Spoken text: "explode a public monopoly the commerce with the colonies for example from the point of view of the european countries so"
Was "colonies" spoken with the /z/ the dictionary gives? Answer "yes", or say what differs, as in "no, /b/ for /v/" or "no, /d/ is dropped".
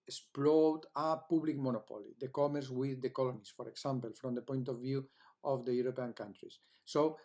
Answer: no, /s/ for /z/